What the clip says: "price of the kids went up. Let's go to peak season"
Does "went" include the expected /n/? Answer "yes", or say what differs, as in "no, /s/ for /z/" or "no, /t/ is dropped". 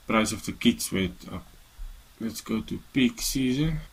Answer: no, /n/ is dropped